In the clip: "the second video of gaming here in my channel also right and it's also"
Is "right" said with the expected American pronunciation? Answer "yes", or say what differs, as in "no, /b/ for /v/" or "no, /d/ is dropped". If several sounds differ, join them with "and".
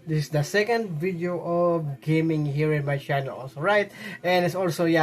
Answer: yes